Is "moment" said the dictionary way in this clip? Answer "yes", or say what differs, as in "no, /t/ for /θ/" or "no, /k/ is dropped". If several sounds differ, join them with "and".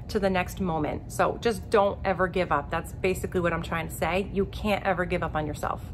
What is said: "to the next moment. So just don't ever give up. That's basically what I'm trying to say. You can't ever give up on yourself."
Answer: yes